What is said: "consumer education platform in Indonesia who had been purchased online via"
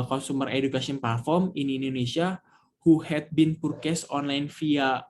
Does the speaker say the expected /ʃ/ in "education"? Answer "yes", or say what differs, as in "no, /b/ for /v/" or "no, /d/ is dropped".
no, /s/ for /ʃ/